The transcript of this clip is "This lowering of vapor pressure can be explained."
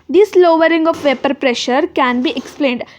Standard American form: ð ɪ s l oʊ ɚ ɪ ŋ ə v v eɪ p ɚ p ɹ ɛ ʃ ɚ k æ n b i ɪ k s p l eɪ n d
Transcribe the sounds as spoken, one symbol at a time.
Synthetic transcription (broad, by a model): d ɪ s l oʊ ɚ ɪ ŋ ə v v eɪ p ɚ p ɹ ɛ ʃ ɚ k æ n b i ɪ k s p l eɪ n d